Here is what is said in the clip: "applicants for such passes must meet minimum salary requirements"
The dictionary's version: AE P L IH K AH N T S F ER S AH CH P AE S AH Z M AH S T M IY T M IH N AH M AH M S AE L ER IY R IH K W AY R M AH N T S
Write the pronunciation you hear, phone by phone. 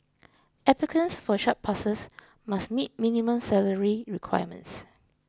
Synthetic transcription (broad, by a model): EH P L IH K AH N S F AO SH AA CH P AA S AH S M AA S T M IY T M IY N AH M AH M S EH L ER IY R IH K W AY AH M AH N T S